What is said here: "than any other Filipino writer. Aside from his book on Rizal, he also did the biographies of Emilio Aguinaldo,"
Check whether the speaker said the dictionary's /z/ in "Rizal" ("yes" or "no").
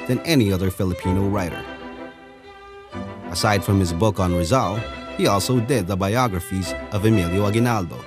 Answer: yes